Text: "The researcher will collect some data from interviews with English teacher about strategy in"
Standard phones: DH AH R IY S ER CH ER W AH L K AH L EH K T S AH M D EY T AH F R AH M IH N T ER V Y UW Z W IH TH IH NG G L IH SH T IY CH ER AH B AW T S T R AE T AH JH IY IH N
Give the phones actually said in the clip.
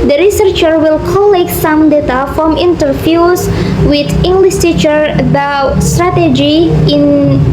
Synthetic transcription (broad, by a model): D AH R IY S ER CH ER W AH L K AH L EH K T S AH M D EY T AH F R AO M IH N T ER F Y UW S W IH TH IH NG G L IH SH T IY CH ER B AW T S T R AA T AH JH IY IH N